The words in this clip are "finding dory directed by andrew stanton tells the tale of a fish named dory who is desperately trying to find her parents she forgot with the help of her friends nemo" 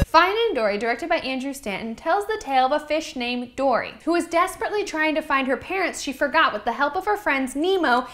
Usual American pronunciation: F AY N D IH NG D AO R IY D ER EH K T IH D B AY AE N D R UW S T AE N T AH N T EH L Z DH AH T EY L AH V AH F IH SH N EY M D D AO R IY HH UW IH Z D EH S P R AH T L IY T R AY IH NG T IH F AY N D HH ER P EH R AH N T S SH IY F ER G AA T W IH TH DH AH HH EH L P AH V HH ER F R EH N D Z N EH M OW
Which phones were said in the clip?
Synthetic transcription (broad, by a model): F AY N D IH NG D AO R IY D ER EH K T IH D B AY AE N D R UW S T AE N N T EH L Z DH AH T EY L AH V AH F IH SH N EY M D D AO R IY HH UW IH Z D EH S P R AH T L IY T R AY IH NG T IH F AY N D HH ER P EH R AH N T S SH IY F ER G AA T W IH DH AH HH EH L P AH V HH ER F R EH N D Z N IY M OW